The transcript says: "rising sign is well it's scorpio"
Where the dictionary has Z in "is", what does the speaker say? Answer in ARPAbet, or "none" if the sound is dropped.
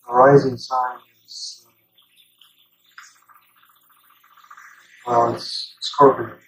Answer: S